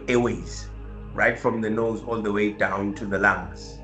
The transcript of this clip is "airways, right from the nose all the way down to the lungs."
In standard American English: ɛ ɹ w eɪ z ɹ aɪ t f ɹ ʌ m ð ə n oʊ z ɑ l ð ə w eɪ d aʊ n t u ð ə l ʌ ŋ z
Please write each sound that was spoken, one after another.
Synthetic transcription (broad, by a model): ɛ w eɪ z ɹ aɪ t f ɹ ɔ m ð ə n oʊ z ɑ l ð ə w eɪ d aʊ n t u ð ə l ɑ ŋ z